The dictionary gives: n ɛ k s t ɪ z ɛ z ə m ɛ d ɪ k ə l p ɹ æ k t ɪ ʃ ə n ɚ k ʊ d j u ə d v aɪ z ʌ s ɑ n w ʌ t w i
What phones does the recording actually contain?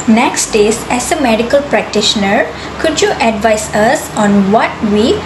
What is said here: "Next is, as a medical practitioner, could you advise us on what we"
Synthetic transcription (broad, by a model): n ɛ k s t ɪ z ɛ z ə m ɛ d ɪ k ə l p ɹ æ k t ɪ ʃ ə n ɚ k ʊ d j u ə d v aɪ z ʌ s ɑ n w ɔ t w i